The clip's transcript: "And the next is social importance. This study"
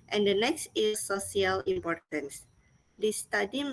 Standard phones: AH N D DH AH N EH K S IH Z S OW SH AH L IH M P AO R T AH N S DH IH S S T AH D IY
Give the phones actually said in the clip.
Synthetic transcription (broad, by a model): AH N D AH N EH K S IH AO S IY AH L IH M P AO R T AH N S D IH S S T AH D IY